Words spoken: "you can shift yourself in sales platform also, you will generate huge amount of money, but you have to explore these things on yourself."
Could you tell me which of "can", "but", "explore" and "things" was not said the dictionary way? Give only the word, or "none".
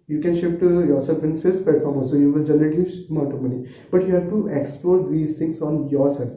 things